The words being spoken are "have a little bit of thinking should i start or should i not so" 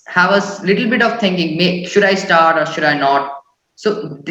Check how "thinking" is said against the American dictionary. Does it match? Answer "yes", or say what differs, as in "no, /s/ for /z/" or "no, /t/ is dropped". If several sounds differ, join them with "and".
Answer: no, /t/ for /θ/